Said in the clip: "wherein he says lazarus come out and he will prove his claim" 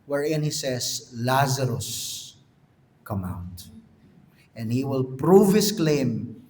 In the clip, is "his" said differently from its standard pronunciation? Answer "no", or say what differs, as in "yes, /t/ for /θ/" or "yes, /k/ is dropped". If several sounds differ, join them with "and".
yes, /s/ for /z/